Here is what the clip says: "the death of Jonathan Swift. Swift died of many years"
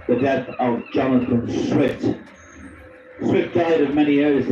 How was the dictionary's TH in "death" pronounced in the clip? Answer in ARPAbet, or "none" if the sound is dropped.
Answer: TH